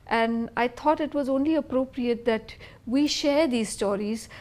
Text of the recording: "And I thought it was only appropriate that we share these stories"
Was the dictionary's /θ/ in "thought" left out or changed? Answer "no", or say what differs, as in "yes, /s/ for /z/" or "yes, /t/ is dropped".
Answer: yes, /t/ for /θ/